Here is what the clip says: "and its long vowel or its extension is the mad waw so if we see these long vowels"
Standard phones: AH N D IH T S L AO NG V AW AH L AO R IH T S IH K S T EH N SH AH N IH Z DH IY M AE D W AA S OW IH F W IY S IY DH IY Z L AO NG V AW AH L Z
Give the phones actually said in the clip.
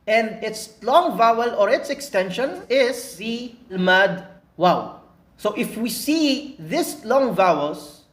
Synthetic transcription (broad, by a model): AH N D IH T S L AO NG V AW AH L AO R IH T S IH K S T EH N SH AH N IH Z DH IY M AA D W AA S OW IH F W IY S IY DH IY S L AO NG V AW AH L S